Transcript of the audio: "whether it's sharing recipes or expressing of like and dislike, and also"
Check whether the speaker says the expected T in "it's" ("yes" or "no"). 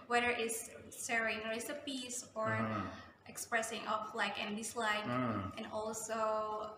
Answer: no